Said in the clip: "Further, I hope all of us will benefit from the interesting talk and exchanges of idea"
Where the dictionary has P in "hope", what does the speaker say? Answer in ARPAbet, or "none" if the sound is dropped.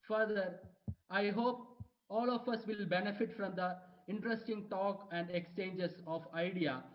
P